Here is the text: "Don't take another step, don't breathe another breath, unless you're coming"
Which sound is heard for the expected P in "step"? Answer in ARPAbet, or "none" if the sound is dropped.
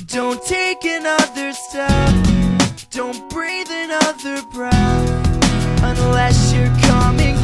F